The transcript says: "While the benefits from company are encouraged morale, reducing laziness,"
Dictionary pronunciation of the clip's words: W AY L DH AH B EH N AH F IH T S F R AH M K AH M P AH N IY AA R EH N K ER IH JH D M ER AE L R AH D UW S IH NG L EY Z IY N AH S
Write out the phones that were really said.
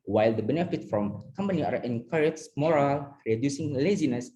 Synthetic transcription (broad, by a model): W AY L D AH B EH N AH F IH T F R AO M K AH M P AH N IY AA R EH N K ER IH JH M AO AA L R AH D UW S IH NG L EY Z IY N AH S